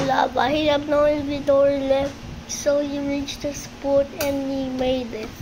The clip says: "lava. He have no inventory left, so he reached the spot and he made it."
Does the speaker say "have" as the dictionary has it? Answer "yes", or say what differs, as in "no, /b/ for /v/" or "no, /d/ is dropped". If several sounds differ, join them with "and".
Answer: no, /b/ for /v/